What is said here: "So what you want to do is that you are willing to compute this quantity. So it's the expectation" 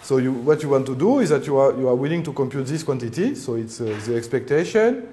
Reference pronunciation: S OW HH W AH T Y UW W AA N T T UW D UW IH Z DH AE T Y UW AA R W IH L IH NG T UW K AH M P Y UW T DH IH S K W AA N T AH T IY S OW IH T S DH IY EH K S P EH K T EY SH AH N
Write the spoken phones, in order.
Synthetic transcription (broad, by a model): S OW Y W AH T Y UW W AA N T T UW D UW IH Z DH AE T Y UW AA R W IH L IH NG T UW K AH M P Y UW T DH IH S K W AA N T AH T IY S OW IH T S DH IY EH K S P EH K T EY SH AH N